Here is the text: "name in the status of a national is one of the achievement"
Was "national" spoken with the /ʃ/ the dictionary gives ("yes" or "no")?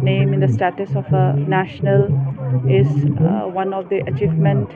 yes